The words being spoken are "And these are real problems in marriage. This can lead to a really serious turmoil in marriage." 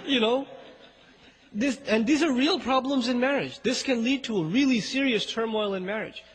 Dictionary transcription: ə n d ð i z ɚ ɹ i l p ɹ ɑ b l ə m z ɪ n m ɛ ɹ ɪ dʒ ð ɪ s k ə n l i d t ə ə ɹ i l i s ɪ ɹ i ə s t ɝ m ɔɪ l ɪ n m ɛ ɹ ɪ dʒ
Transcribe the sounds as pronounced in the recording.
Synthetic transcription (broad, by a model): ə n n ð i z ɚ ɹ i l p ɹ ɑ b l ə m z ɪ n m ɛ ɹ ɪ dʒ ð ɪ s k ə n l i d t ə ə ɹ i l i s ɪ ɹ i ə s t ɝ m ɔɪ l ɪ n m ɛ ɹ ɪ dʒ